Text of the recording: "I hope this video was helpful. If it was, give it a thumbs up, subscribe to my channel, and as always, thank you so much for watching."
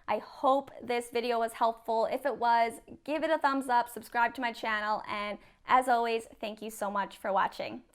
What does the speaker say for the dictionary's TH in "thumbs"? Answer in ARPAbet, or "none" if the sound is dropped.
TH